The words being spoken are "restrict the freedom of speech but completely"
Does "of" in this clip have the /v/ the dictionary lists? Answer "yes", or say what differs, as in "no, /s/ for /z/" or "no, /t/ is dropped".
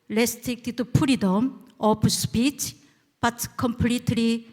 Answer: no, /p/ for /v/